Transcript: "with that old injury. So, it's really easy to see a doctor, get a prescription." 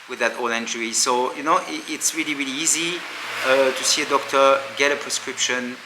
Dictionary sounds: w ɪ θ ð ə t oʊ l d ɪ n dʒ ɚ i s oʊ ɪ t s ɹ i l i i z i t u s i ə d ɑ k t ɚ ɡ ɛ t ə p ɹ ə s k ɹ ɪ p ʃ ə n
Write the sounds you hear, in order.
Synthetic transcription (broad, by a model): w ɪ ð ə t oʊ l ɪ n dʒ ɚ i s oʊ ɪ t s ɹ i l i i z i t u s i ə d ɑ k t ɚ ɡ ɛ t ə p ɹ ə s k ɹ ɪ p ʃ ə n